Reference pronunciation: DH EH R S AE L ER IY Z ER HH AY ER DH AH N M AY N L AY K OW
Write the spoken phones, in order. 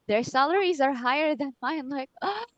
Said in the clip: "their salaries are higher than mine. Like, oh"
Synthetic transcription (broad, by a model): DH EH R S AE L ER IY Z ER HH AY ER DH AH N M AY N L AY K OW